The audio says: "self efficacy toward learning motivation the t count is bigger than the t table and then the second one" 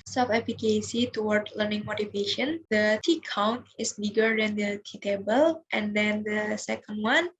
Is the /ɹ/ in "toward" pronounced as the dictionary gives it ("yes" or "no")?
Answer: yes